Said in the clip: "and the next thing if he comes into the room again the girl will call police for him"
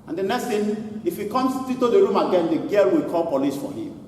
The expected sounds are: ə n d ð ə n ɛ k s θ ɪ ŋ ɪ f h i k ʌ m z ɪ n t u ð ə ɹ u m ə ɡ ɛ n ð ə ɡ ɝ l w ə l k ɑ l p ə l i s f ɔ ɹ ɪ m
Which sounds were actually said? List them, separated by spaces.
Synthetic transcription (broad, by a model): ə n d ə n ɛ k s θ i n ɪ f h i k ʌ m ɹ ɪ t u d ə ɹ u m ə ɡ ɛ n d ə ɡ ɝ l w ə l k ɑ l p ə l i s f ɔ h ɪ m